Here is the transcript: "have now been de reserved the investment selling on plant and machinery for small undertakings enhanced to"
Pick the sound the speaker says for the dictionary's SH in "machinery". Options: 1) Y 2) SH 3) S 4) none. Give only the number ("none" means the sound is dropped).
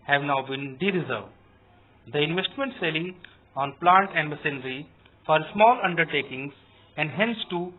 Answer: 3